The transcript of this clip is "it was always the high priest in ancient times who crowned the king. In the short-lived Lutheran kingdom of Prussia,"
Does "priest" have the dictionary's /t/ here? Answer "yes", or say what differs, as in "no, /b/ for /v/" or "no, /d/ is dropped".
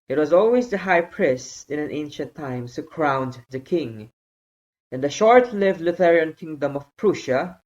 no, /t/ is dropped